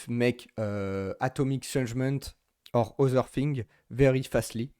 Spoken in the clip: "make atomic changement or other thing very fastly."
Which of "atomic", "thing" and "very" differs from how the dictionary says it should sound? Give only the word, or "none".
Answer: thing